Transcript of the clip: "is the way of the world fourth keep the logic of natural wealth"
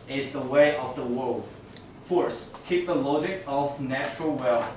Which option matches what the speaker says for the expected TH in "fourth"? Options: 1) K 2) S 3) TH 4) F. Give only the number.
2